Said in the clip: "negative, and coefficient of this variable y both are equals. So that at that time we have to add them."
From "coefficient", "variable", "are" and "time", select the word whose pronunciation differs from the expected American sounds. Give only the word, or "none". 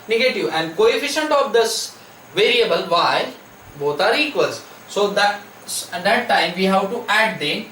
none